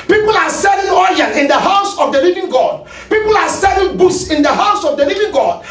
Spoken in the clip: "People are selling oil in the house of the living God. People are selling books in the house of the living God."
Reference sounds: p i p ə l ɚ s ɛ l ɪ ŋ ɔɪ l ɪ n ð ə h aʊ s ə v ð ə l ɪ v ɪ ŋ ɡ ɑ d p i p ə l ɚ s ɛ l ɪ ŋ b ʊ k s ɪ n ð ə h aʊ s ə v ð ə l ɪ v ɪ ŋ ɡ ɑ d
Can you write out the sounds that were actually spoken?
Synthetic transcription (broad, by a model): p i p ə l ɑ s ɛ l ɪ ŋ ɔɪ n ɪ n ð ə h aʊ s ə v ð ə l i v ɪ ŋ ɡ ɑ d p i p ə l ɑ s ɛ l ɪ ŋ b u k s ɪ n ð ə h aʊ s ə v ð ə l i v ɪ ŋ ɡ ɑ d